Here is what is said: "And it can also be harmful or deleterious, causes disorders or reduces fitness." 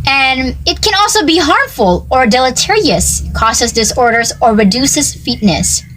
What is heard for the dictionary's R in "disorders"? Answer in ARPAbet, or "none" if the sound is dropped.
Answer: R